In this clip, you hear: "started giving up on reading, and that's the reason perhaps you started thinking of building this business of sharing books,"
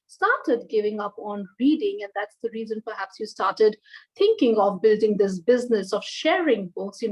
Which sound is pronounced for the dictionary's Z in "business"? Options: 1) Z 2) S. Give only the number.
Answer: 1